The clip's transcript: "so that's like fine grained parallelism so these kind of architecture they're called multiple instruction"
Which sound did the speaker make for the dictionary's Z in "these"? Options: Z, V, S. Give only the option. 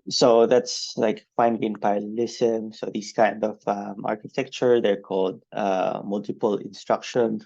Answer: S